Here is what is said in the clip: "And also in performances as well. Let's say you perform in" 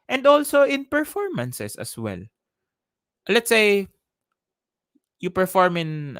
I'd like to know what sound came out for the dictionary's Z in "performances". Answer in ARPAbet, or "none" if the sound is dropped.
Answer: S